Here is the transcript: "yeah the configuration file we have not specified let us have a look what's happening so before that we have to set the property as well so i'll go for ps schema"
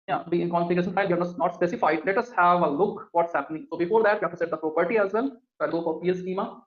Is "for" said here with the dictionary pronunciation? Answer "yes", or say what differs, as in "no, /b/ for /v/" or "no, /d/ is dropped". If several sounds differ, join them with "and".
no, /p/ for /f/